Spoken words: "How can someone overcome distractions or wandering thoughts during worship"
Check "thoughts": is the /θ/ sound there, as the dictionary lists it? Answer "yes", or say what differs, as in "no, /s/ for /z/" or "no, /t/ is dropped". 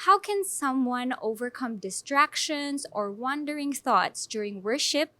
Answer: yes